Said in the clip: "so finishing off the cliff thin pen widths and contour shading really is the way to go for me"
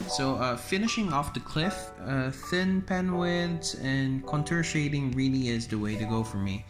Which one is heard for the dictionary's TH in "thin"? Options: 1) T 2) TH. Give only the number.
2